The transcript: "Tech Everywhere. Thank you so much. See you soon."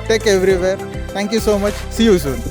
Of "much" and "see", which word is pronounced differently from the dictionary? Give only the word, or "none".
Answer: none